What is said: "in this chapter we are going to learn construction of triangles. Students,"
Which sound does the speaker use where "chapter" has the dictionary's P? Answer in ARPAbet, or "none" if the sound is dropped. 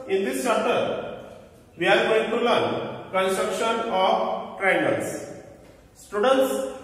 none